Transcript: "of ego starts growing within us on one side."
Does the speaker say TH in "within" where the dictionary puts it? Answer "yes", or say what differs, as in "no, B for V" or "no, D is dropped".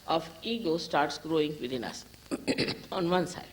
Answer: no, T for TH